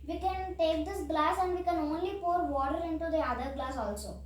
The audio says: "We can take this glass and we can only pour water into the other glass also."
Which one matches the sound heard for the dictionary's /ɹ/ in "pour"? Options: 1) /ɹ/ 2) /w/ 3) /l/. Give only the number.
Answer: 1